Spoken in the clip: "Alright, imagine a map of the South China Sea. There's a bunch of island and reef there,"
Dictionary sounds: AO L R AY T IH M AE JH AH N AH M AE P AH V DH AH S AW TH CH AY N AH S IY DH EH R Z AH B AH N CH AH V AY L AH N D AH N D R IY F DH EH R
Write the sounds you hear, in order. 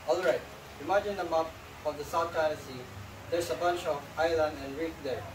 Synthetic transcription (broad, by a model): AO L R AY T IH M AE JH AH N AH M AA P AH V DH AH S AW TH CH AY AH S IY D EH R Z AH B AH N CH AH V AY L AH N D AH N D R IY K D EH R